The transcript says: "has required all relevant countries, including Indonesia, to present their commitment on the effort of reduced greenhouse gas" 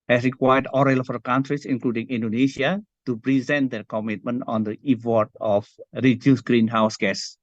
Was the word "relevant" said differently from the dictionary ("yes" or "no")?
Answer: yes